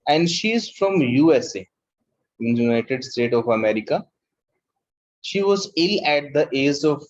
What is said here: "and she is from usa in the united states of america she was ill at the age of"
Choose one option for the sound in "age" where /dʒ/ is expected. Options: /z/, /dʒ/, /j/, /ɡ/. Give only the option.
/z/